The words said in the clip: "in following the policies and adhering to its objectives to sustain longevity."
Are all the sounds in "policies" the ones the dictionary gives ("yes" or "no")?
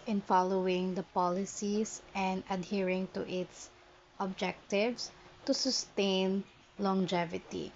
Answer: no